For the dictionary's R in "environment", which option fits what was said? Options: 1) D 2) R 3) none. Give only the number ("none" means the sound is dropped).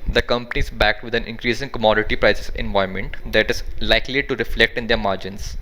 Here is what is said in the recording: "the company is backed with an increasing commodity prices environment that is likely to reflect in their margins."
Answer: 3